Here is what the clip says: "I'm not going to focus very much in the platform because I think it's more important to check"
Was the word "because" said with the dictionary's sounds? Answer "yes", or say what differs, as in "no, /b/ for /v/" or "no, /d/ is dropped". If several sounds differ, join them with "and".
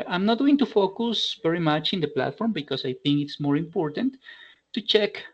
no, /s/ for /z/